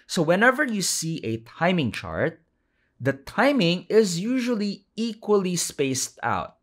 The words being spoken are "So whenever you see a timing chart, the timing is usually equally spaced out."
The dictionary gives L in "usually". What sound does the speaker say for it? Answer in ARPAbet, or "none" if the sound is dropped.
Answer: L